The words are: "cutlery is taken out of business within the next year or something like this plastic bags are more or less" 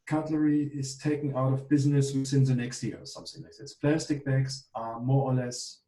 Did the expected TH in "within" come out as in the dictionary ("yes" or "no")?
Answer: no